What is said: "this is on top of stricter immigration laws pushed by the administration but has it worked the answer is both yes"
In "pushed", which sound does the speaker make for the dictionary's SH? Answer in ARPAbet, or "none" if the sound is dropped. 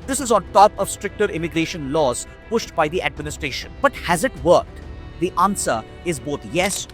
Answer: SH